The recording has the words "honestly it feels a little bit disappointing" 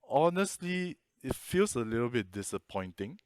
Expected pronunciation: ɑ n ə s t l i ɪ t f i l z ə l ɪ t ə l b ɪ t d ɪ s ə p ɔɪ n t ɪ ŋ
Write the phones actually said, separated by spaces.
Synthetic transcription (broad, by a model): ɑ n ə s t l i ɪ t f i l s ə l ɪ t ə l b ɪ t d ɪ s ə p ɔɪ n t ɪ ŋ